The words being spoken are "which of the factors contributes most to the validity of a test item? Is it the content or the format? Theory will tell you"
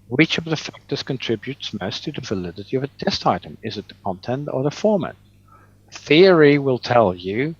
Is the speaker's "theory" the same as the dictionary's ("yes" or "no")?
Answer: yes